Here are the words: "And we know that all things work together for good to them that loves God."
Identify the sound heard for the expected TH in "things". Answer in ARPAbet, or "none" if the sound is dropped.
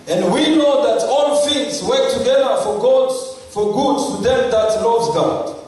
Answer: F